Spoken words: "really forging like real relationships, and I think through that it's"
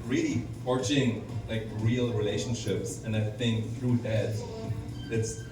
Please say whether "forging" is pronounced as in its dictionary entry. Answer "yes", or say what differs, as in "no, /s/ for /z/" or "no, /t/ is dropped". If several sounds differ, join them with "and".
no, /tʃ/ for /dʒ/